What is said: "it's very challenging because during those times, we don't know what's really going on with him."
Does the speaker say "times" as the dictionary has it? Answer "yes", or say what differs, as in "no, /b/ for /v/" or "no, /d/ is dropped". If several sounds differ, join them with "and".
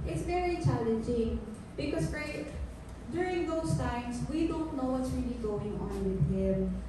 no, /s/ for /z/